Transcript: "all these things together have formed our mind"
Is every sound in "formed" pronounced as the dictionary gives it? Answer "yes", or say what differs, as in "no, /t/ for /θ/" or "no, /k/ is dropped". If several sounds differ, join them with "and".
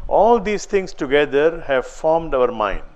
yes